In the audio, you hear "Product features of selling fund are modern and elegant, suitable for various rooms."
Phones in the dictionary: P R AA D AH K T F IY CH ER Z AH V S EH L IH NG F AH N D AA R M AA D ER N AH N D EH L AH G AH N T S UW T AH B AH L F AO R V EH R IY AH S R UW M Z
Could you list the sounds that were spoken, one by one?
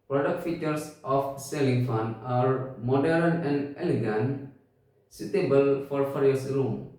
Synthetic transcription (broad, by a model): P R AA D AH K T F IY CH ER S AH F S EH L IH NG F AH N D AA R M AA D ER N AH N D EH L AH G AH N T S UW T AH B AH L F AO R F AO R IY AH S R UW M